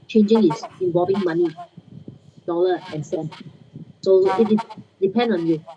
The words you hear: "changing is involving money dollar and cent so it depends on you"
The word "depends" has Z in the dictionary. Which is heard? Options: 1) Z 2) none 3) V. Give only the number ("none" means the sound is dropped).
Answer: 2